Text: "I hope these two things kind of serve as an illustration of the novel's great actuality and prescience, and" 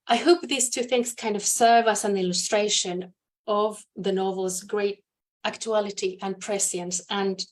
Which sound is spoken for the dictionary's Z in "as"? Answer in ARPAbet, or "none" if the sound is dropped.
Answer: S